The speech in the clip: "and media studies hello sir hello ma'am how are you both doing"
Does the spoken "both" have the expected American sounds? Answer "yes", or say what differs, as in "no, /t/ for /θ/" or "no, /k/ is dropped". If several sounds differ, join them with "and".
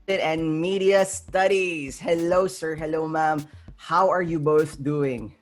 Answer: yes